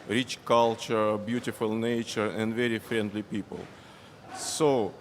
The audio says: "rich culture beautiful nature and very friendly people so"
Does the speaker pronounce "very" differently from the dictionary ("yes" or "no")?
no